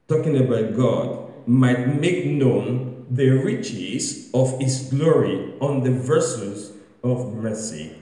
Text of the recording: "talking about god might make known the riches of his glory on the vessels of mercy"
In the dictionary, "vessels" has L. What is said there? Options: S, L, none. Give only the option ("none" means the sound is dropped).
none